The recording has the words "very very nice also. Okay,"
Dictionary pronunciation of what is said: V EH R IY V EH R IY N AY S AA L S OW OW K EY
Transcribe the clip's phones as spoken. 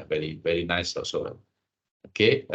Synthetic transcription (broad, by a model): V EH R IY V EH R IY N AY S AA S OW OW K EY